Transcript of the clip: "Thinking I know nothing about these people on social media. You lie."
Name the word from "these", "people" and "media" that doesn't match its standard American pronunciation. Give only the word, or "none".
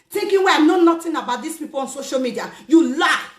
these